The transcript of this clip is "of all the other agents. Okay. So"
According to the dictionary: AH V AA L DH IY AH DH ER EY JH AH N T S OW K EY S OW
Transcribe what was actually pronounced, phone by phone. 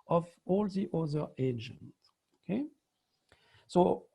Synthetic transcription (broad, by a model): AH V AA L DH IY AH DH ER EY JH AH N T OW K EY S OW